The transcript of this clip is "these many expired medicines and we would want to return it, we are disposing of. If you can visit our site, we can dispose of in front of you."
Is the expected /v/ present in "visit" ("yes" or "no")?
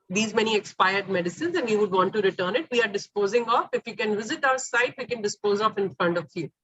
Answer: yes